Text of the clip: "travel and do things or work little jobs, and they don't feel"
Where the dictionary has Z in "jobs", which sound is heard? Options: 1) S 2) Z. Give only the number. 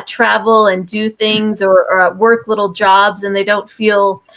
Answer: 2